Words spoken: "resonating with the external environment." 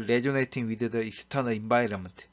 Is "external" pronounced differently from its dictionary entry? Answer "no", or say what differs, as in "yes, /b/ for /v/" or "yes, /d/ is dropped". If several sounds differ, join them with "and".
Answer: yes, /k/ is dropped